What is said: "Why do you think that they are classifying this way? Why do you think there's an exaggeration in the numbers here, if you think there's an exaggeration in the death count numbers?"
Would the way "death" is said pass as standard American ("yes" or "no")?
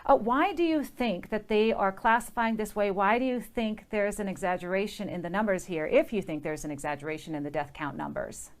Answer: yes